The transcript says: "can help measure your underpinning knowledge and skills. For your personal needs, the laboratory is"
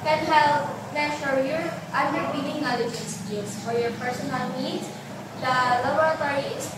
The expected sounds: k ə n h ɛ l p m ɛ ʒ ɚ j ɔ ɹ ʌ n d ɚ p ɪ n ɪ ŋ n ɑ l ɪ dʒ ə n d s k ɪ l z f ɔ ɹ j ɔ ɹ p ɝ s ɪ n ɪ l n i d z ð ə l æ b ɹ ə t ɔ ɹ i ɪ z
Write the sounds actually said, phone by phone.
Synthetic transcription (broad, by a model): k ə n h ɛ l p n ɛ ʃ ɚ j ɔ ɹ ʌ n d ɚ b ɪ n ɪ ŋ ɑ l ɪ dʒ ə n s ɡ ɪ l s f ɔ ɹ j ɔ ɹ p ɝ s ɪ n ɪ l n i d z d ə l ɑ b ɹ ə t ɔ ɹ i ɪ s